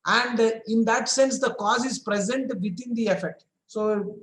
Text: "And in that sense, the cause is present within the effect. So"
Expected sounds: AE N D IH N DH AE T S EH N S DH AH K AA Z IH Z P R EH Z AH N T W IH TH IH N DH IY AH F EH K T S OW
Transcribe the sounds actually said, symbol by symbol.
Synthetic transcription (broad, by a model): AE N D IH N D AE T S EH N S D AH K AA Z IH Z P R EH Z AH N T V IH T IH N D IY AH F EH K T S OW